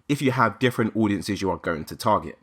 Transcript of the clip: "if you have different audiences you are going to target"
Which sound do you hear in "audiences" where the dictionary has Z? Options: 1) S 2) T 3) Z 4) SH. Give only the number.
3